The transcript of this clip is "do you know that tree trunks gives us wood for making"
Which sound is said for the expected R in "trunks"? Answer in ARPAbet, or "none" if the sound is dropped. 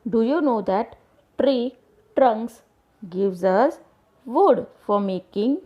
R